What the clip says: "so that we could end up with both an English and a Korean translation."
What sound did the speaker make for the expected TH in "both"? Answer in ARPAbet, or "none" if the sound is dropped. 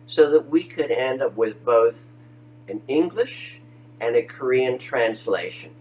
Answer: TH